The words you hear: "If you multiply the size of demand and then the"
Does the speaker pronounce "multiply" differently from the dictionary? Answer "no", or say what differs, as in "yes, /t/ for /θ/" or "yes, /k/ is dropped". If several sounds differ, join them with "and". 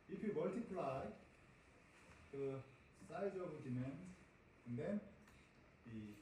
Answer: no